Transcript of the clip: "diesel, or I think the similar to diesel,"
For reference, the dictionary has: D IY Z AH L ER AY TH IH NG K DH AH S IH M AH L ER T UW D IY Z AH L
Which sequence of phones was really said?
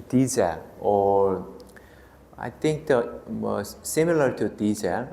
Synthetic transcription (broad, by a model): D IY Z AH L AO AY T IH NG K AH S IH M AH L ER T UW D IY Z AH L